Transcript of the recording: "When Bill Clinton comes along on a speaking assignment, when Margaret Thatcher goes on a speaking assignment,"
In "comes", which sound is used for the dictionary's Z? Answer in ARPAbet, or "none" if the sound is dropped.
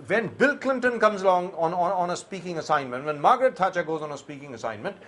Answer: Z